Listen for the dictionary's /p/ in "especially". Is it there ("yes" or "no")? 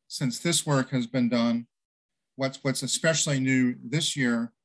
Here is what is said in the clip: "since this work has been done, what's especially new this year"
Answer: yes